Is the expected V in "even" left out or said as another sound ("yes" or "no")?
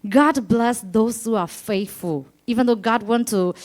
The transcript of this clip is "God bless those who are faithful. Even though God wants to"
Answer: no